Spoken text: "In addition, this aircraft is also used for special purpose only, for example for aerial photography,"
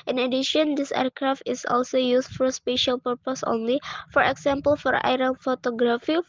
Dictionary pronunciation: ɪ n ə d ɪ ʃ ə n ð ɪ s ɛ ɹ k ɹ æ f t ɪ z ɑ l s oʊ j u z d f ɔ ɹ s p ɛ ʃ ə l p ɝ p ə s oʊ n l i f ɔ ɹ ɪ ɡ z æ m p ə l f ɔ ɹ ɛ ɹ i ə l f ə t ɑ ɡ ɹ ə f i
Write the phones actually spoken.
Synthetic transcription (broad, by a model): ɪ n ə d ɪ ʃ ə n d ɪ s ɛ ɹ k ɹ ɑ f t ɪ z ɑ l s oʊ j u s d f ɔ ɹ s p ɛ ʃ ə l p ɝ p ə s oʊ n l i f ɔ ɹ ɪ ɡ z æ m p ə l f ɔ ɹ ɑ ɹ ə n f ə t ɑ ɡ ɹ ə f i